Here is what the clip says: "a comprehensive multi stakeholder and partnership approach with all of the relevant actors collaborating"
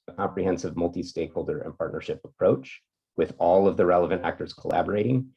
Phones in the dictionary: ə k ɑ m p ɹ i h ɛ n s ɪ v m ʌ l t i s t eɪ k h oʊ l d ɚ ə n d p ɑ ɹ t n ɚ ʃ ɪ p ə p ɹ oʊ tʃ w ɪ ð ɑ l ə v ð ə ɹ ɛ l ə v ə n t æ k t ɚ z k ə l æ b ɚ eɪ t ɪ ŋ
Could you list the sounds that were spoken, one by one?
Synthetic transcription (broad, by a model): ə k ɑ m p ɹ i h ɛ n s ɪ v m ʌ l t i s t eɪ k h oʊ l d ɚ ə n p ɑ ɹ t n ɚ ʃ ɪ p ə p ɹ oʊ tʃ w ɪ ð ɑ l ə v ð ə ɹ ɛ l ə v ə n t æ k t ɚ z k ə l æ b ɚ eɪ t ɪ ŋ